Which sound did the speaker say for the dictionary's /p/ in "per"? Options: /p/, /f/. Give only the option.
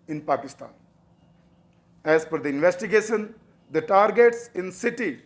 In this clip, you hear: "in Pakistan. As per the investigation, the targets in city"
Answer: /f/